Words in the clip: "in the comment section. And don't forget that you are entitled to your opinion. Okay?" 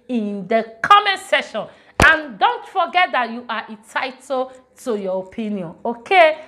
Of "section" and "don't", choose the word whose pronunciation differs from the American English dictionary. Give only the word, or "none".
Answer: section